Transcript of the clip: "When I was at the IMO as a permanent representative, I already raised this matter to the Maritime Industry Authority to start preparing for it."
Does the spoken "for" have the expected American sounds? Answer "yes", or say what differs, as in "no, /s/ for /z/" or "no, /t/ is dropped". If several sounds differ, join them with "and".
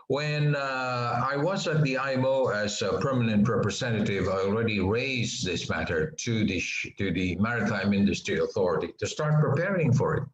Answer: yes